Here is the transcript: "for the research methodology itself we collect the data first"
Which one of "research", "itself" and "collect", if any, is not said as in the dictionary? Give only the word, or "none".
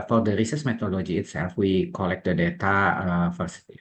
research